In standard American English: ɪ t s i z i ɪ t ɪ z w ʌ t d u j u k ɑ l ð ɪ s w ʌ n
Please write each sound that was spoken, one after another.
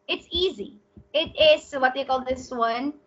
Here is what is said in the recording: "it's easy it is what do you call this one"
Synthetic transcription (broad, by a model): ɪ t s i z i ɪ t ɪ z w ʌ t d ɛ k ɑ l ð ɪ s w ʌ n